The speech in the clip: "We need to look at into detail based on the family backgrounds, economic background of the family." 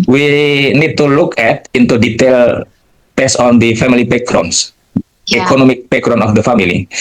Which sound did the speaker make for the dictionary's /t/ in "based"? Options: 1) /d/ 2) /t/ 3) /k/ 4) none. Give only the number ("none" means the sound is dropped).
4